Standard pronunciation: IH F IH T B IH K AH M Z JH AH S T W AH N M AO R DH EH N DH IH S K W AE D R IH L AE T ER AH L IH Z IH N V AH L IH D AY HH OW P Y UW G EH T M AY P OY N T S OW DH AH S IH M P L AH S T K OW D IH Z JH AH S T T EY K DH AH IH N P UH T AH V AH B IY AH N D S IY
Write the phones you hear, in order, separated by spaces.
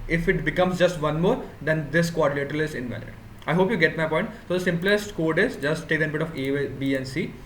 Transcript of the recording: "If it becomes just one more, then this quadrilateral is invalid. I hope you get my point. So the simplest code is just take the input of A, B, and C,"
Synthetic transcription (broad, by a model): IH F IH T B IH K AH M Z JH AH S T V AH N M AO R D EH N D IH S K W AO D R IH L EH T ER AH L IH Z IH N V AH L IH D AY HH OW P Y UW G EH T M AY P OY N T S OW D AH S IH M P L AH S T K OW D IH Z JH AH S T T EY K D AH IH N B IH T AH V AH B IY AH N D S IY